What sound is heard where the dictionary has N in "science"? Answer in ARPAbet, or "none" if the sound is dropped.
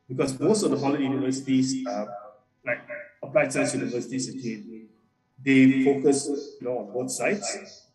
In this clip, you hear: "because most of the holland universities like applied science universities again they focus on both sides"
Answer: none